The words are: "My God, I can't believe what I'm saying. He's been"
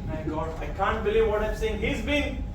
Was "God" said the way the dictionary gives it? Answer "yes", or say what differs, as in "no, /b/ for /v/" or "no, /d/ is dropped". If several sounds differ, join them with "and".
no, /d/ is dropped